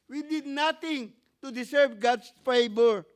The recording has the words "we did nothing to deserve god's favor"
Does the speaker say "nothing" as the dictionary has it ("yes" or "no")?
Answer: no